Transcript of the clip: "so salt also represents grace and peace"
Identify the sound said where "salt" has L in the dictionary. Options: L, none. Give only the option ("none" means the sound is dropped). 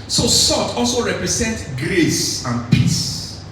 none